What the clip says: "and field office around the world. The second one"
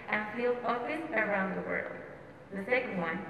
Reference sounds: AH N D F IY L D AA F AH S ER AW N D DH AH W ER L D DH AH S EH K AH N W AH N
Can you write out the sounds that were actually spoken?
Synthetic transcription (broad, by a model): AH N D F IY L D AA AH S ER AW N D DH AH W ER L D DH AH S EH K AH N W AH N